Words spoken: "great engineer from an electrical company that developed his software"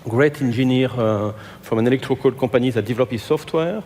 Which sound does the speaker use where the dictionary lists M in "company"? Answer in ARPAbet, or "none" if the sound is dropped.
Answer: none